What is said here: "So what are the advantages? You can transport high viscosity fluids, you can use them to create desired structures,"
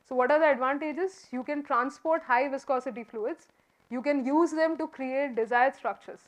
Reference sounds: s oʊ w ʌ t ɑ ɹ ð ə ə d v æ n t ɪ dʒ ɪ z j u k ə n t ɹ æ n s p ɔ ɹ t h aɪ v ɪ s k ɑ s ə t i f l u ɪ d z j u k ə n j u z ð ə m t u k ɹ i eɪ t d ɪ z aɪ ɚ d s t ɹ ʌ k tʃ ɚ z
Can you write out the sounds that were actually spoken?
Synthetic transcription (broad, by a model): s oʊ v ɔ t ɑ ɹ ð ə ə d v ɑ n t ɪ dʒ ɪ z j u k ə n t ɹ æ n s p ɔ ɹ t h aɪ v ɪ s k ɑ s ə t i f l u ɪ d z j u k ə n j u z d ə m t u k ɹ i eɪ t d ɪ z aɪ ɚ d s t ɹ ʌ k tʃ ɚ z